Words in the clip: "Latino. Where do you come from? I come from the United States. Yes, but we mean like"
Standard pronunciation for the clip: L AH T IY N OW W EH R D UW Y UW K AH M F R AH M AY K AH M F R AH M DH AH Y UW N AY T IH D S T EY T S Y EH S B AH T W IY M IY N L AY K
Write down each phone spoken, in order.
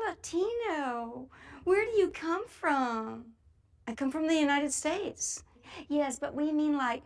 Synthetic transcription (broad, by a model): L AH T IY N OW W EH R D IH Y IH K AH M F R AH M AY K AH M F R AH M DH AH Y UW N AY T IH D S T EY T S Y EH S B AH T W IY M IY N L AY K